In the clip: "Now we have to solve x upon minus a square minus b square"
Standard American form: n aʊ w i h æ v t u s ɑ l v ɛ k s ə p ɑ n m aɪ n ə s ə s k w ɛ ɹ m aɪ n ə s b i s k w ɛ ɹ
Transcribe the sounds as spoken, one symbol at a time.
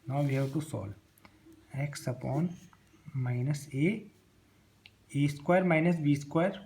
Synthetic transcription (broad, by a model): n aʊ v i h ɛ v t u s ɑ l ɛ k s ə p ɑ n m aɪ n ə s ə s k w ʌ ɹ m aɪ n ə s b i s k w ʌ ɹ